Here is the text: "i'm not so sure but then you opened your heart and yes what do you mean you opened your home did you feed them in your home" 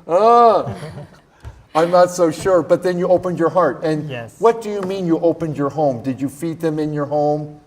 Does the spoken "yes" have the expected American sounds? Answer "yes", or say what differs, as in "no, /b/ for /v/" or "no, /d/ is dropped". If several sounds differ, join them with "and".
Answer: no, /s/ is dropped